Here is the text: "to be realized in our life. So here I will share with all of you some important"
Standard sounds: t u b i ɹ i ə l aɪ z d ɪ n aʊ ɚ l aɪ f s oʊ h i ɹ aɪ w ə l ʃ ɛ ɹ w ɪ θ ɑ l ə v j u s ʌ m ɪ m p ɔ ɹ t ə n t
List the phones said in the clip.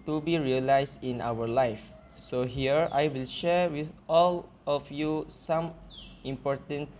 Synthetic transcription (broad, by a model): t u b i ɹ i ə l aɪ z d ɪ n aʊ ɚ l aɪ f s oʊ h i ɹ aɪ w ə l ʃ ɛ ɹ w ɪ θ ɑ l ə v j u s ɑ m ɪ m p ɔ ɹ t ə n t